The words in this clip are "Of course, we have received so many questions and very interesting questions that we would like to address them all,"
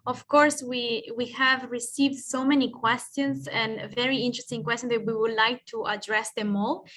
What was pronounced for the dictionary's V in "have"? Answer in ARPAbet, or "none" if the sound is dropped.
V